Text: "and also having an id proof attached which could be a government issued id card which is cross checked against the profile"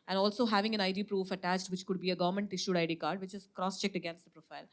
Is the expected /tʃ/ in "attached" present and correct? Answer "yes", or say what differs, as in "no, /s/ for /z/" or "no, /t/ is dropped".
yes